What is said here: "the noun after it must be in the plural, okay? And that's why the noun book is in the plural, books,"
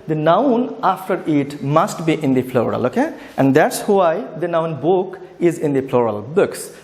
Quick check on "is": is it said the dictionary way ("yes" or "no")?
yes